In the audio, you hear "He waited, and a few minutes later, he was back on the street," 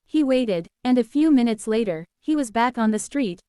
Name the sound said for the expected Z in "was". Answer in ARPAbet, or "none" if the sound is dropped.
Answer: Z